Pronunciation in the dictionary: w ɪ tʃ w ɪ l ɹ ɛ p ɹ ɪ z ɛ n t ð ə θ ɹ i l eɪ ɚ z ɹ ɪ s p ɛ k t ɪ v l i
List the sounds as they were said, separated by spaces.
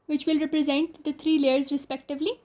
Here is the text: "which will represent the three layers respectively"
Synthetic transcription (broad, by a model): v ɪ tʃ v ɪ l ɹ ɛ p ɹ ɪ z ɛ n t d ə t ɹ i l eɪ ɚ z ɹ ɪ s p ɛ k t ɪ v l i